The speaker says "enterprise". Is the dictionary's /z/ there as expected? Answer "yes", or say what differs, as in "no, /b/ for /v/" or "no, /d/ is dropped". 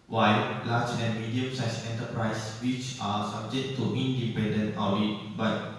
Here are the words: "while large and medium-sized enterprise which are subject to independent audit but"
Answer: no, /s/ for /z/